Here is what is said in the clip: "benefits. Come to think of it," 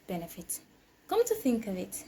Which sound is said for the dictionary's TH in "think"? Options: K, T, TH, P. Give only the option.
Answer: TH